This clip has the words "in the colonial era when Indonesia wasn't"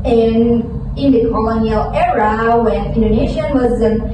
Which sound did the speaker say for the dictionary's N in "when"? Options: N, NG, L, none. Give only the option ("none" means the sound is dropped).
N